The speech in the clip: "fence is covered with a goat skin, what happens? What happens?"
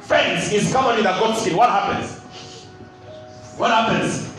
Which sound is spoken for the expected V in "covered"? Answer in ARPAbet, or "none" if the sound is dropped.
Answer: P